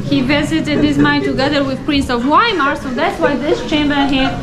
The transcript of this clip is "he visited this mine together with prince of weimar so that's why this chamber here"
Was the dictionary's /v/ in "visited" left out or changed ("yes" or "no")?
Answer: no